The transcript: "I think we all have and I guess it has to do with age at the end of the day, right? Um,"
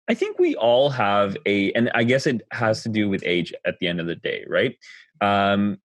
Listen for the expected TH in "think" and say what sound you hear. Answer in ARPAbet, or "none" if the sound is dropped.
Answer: TH